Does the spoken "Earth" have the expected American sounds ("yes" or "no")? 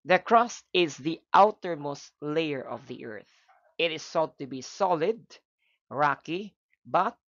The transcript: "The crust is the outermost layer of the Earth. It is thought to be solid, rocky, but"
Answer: yes